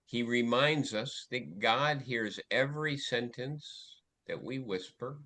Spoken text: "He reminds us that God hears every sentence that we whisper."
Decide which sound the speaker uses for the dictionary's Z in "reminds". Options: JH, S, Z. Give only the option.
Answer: Z